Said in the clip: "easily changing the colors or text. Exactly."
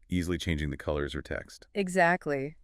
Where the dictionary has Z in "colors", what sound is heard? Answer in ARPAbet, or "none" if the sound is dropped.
Z